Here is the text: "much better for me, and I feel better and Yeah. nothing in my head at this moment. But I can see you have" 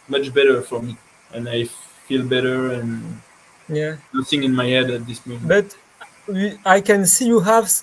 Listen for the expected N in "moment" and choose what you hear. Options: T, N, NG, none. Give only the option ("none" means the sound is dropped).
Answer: none